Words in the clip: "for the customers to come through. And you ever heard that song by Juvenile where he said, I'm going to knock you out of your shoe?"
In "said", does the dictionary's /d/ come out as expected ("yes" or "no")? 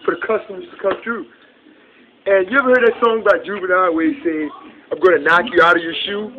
no